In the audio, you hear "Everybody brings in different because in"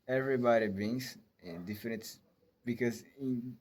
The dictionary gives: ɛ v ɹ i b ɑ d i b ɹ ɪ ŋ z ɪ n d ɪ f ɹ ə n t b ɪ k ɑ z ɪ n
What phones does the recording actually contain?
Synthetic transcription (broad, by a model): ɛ v ɹ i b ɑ d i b ɪ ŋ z ɪ n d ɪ f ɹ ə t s b ɪ k ɑ z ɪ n